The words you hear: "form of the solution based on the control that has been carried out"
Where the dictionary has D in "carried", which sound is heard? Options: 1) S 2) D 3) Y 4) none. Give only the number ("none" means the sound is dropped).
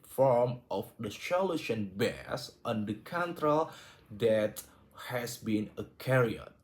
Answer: 4